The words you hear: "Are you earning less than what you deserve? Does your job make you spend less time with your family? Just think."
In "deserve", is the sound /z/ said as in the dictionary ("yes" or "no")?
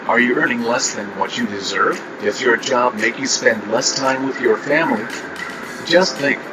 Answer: yes